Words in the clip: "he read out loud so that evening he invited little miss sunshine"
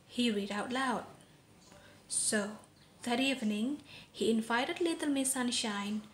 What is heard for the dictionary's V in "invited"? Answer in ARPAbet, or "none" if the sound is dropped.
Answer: F